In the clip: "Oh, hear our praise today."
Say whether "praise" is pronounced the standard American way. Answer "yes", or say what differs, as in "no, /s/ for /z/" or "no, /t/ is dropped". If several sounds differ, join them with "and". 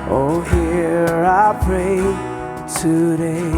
no, /z/ is dropped